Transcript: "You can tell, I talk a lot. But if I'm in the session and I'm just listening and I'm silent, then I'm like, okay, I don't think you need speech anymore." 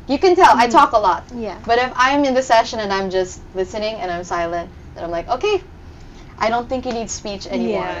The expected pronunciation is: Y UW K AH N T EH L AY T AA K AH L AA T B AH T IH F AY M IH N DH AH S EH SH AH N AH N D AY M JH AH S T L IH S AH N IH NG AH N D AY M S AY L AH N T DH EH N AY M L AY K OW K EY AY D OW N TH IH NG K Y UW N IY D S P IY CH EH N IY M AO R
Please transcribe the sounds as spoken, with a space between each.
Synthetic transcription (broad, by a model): Y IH K AH N T EH L AY T AA K AH L AA T B AH T IH F AY M IH N DH AH S EH SH AH N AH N AY M JH AH S T L IH S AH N IH NG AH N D AY M S AY L AH N T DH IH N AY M L AY K OW K EY AY D OW N TH IH NG K Y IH N IY D S P IY CH EH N IY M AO R